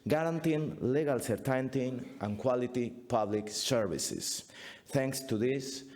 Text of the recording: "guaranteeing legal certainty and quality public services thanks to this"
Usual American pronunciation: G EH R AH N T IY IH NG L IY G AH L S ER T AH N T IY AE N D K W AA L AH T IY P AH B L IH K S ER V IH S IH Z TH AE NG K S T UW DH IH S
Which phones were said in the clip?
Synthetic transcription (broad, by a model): G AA R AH N T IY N L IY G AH L S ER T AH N T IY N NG K W AA L AH T IY P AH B L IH K S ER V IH S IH S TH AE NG K S T UW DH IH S